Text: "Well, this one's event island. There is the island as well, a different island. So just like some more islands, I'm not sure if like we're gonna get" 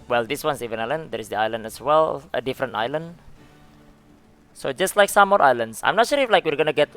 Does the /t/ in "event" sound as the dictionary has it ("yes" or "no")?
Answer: no